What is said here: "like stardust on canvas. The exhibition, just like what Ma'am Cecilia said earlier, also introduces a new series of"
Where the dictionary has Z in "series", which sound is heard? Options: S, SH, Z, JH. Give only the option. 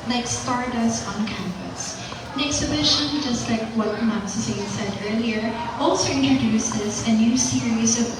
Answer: Z